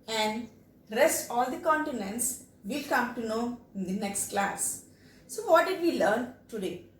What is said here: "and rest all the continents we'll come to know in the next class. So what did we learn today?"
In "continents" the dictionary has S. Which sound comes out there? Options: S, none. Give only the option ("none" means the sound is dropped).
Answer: S